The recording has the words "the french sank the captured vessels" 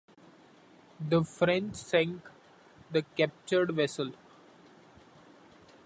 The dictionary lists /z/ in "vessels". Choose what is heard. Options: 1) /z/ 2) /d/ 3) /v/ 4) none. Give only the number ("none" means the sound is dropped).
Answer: 4